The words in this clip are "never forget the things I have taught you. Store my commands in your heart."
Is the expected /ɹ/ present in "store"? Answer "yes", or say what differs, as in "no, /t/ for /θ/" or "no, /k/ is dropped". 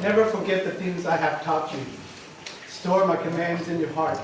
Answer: yes